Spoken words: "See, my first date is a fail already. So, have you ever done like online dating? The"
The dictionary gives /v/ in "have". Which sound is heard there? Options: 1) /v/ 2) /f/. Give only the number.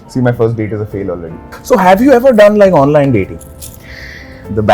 1